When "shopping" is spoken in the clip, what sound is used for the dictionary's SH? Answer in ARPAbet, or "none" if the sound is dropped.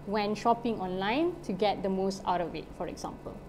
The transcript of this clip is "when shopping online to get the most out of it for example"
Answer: SH